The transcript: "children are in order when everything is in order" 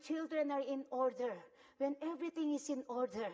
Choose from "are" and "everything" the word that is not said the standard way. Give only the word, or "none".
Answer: everything